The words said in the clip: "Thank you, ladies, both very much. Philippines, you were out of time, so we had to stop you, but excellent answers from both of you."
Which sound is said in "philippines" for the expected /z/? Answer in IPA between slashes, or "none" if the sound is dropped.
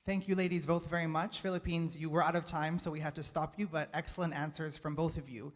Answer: /z/